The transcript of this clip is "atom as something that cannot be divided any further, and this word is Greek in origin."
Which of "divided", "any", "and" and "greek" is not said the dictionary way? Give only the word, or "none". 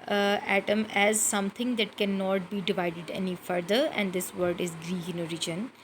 greek